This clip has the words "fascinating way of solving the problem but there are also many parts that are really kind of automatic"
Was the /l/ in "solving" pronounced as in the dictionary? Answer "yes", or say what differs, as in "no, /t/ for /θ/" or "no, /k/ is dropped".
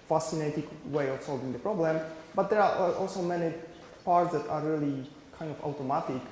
yes